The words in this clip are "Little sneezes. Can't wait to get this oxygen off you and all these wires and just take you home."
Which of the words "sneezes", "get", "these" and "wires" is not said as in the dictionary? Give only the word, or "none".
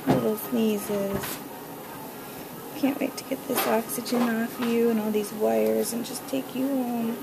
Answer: none